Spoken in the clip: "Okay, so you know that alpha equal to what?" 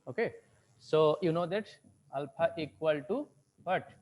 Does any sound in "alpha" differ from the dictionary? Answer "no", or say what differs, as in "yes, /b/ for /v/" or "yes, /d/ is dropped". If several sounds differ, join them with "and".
yes, /p/ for /f/